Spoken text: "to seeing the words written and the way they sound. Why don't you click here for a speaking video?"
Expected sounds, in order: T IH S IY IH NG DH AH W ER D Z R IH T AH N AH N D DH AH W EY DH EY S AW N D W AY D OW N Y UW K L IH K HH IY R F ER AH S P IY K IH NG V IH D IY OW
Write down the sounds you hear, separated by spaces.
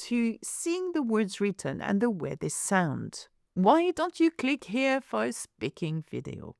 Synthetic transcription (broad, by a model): T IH S IY IH NG DH AH W ER D Z R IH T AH N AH N DH AH W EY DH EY S AW N D W AY D OW N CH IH K L IH K HH IY R F ER AH S P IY K IH NG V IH D IY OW